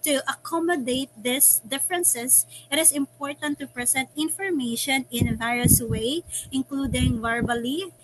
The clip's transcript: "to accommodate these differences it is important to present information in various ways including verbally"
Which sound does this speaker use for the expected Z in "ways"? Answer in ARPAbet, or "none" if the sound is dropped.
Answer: none